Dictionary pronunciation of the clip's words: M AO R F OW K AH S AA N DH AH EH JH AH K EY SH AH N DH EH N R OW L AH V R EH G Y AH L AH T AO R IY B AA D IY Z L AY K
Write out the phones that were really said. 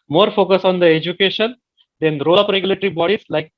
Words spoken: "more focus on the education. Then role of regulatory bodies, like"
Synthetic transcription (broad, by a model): M AO R F OW K AH S AA N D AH EH JH AH K EY SH AH N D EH N R OW L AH P R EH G Y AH L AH T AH R IY B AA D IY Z L AY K